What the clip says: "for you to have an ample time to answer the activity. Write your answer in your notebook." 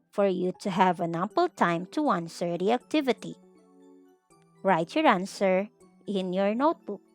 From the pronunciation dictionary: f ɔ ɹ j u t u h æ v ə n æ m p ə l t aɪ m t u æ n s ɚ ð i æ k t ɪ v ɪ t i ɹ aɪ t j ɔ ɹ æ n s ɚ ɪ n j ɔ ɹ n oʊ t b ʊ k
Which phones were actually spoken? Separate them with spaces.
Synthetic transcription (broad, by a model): f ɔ ɹ j u t u h æ v ə n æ m p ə l t aɪ m t u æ n s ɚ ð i æ k t ɪ v ɪ t i ɹ aɪ t j ɔ ɹ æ n s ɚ ɪ n j ɔ ɹ n oʊ t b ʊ k